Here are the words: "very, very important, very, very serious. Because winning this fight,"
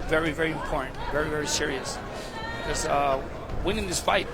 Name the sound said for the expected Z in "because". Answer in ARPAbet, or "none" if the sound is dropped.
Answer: none